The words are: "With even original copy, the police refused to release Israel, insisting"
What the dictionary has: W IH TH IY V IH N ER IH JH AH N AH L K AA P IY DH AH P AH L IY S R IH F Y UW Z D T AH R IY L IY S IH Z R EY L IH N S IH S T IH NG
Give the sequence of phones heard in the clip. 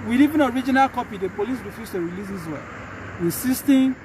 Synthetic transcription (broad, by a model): W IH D IY V IH N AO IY JH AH N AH L K AA P IY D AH P AH L IY S R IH F Y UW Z T AH R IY L IY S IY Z W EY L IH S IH S T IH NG